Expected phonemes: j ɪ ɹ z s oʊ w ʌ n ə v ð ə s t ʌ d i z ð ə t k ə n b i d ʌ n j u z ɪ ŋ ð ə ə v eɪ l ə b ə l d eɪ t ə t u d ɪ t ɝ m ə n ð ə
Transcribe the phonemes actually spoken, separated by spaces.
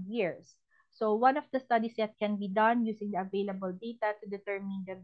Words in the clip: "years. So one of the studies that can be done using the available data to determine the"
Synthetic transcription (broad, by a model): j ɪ ɹ s oʊ w ʌ n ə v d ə s t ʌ d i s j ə t k ə n b i d ʌ n j u s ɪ ŋ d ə ə v eɪ l ə b ə l d eɪ t ə t u d ɪ t ɝ m ə n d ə